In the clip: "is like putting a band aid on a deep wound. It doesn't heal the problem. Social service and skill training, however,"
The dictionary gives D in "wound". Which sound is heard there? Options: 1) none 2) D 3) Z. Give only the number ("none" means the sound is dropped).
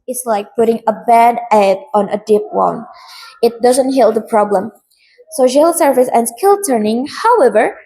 1